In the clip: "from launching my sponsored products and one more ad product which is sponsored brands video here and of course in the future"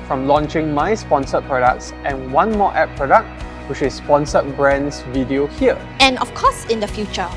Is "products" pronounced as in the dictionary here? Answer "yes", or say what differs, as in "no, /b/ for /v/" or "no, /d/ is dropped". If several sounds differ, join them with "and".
yes